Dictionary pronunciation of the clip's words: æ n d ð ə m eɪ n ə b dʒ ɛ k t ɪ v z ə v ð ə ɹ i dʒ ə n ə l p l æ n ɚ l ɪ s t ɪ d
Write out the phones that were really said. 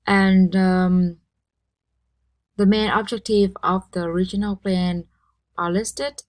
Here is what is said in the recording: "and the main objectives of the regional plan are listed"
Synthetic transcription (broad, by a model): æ n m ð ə m eɪ n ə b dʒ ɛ k t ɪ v ə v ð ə ɹ i dʒ ə n ə l p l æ n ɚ l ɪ s t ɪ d